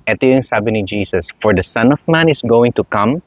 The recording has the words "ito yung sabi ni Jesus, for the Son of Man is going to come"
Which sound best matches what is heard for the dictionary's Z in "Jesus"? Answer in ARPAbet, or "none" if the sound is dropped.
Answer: S